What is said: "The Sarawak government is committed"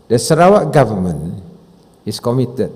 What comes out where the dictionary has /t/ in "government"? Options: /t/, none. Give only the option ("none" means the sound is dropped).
none